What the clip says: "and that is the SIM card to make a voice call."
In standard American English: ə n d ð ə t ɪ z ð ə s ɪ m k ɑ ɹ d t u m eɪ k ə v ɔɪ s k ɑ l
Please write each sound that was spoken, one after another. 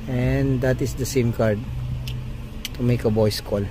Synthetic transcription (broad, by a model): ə n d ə t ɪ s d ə s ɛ m k ɑ ɹ d t u m eɪ k ə b ɔɪ s k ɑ l